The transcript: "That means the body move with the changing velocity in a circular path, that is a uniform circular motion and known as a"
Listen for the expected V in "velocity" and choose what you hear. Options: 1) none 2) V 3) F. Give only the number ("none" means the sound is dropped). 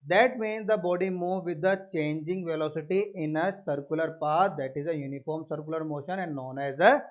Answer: 2